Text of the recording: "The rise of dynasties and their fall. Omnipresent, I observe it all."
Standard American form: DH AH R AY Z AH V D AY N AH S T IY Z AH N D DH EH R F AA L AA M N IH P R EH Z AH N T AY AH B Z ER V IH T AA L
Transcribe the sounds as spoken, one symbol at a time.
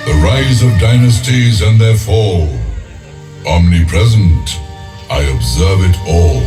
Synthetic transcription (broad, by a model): DH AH R AY Z AH V D AY N AH S T IY Z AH N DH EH R F AA L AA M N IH P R EH Z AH N T AY AH B Z ER V IH T AA L